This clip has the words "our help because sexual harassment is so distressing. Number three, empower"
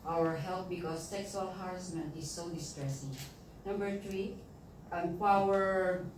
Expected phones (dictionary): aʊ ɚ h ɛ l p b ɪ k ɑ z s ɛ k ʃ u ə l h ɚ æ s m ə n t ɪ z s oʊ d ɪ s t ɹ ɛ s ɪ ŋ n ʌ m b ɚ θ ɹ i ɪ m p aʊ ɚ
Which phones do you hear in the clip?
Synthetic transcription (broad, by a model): aʊ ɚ h ɛ l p b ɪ k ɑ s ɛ k s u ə l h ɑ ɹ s m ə n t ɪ s oʊ d ɪ s t ɹ ɛ s ɪ ŋ n ʌ m b ɚ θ ɹ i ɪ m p aʊ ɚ